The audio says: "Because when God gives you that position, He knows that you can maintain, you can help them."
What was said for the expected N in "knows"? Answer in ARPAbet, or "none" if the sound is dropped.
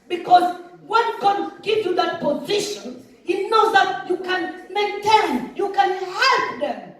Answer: N